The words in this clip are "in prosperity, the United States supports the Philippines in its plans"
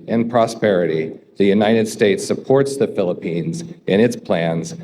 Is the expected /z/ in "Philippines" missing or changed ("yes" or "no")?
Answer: no